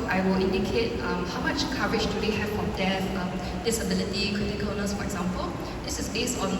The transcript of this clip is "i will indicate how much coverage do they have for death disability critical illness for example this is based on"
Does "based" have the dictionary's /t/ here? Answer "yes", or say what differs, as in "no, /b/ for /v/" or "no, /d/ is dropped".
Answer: no, /t/ is dropped